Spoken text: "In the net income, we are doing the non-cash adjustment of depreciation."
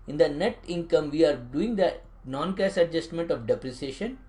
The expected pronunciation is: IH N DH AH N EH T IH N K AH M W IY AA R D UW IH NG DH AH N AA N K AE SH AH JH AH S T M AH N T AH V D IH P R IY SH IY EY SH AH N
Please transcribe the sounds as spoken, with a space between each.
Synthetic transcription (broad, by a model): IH N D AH N EH T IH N K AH M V IY AA R D UW IH NG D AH N AA N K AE S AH JH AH S T M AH N T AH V D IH P R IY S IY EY SH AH N